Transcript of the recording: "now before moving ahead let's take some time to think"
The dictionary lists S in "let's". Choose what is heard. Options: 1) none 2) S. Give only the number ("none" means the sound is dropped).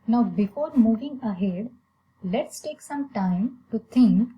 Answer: 2